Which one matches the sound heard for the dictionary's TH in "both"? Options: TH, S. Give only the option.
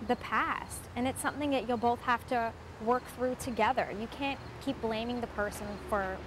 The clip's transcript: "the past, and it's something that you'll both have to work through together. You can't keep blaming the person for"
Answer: TH